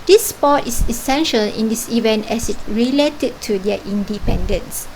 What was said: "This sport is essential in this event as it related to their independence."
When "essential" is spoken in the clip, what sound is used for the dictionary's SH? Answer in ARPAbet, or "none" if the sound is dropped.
SH